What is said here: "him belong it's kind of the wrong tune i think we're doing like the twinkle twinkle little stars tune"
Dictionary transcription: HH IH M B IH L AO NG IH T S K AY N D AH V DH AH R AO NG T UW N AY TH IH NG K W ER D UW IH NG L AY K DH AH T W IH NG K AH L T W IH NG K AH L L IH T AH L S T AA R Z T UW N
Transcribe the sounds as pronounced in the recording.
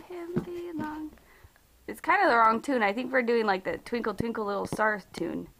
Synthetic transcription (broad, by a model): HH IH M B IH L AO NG IH T S K AY N D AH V DH AH R AO NG T UW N AY TH IH NG K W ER D UW IH NG L AY K DH AH T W IH NG K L T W IH NG K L L IH T L S T AA R T UW N